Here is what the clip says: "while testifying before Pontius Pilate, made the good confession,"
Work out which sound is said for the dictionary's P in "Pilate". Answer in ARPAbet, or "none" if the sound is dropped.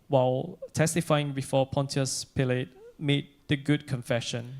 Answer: P